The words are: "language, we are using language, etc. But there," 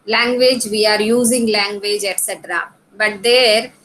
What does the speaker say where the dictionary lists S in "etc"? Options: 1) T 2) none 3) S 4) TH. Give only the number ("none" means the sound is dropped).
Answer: 3